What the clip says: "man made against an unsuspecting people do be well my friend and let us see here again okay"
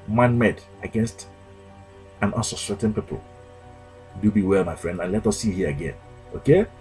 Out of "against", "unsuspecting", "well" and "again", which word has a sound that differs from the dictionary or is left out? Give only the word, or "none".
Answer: unsuspecting